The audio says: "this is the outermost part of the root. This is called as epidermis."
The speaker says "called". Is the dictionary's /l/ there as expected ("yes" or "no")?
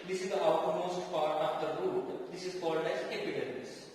yes